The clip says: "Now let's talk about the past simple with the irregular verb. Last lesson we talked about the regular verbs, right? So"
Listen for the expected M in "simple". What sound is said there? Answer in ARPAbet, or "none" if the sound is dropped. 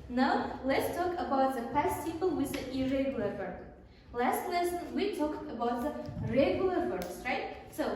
none